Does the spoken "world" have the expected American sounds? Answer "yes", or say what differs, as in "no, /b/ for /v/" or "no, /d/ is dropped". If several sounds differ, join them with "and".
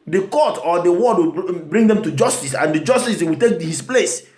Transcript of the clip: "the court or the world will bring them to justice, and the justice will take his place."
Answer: no, /l/ is dropped